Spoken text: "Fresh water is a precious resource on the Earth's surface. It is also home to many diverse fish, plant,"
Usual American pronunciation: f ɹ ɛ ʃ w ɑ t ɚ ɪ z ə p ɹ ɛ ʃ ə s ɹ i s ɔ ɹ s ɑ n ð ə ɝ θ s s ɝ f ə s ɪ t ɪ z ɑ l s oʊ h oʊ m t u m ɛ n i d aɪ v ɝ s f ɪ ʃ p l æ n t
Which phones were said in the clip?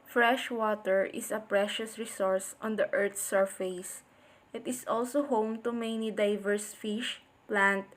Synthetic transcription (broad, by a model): f ɹ ɛ ʃ w ɑ t ɚ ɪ s ə p ɹ ɛ ʃ ə s ɹ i s ɔ ɹ s ɑ n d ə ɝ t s s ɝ f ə s ɪ t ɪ s ɑ l s oʊ h oʊ m t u m ɛ n i d aɪ v ɝ s f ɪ ʃ p l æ n t